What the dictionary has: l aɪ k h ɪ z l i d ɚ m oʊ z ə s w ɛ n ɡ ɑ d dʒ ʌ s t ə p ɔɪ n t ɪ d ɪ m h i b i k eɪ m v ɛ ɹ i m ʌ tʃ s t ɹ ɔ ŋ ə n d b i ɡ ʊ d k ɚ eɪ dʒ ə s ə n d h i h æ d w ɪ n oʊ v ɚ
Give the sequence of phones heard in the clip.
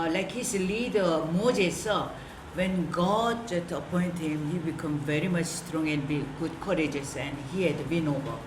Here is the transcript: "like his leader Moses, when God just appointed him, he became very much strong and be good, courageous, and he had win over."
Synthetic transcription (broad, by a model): l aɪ k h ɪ s l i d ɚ m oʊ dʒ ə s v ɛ n ɡ ɑ d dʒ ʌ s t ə p ɔɪ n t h ɪ m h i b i k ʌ m v ɛ ɹ i m ʌ tʃ s t ɹ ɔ ŋ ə n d b i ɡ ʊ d k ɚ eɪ dʒ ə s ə n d h i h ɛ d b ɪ n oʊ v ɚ